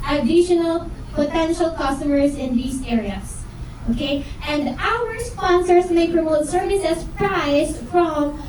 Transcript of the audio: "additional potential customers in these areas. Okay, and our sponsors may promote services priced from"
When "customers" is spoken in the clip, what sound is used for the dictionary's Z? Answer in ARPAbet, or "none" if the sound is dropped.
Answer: S